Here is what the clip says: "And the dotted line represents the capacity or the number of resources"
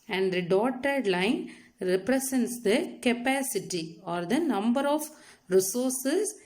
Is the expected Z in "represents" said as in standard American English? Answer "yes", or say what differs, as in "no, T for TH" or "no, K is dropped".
no, S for Z